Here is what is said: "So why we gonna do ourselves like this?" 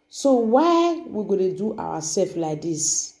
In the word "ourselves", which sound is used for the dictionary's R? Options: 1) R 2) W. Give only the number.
2